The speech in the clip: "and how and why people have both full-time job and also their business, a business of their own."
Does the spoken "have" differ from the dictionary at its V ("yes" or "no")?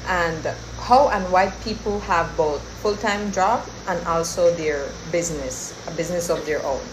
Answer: no